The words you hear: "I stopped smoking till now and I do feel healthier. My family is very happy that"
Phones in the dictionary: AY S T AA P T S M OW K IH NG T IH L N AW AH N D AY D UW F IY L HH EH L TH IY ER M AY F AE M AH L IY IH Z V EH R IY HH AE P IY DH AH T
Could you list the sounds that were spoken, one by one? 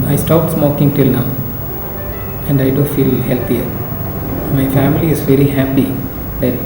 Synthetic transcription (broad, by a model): AY S T AA P T S M OW K IH NG T IH L N AW AH N D AY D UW F IY L HH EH L T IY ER M AY F AE M AH L IY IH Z V EH R IY HH AE P IY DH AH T